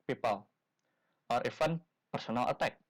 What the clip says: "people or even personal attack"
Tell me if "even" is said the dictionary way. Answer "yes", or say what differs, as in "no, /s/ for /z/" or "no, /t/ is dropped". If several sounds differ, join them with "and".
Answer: no, /f/ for /v/